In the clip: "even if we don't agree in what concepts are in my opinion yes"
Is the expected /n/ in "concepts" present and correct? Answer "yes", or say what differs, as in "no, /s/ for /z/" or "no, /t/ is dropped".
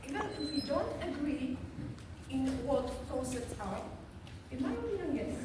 no, /n/ is dropped